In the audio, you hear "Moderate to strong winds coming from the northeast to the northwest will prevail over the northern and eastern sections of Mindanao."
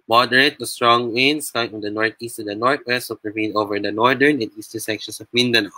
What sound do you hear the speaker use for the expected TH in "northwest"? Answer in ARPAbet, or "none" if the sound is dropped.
T